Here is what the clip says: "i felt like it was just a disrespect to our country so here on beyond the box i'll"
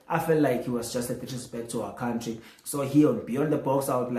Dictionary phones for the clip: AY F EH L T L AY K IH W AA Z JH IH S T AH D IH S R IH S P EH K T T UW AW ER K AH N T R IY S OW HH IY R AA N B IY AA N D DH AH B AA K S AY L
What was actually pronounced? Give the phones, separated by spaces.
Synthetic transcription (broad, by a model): AY F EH L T L AY K IH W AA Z JH IH S T AH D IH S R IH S B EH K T T UW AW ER K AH N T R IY S OW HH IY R AA N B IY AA N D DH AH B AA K S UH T